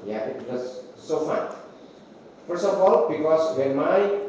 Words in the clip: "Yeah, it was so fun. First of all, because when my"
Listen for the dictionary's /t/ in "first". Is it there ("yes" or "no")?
no